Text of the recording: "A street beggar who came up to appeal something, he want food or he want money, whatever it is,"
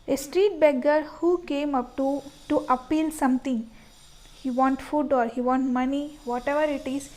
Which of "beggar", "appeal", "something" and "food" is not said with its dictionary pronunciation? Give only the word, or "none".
something